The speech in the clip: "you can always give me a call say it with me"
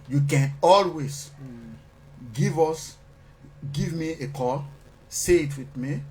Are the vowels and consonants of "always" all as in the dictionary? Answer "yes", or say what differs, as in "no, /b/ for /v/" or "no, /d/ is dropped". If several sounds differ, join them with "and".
no, /s/ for /z/